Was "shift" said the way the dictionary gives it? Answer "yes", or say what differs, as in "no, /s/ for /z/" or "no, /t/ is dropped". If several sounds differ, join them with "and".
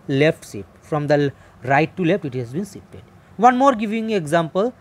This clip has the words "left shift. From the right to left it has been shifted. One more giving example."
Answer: no, /s/ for /ʃ/ and /f/ is dropped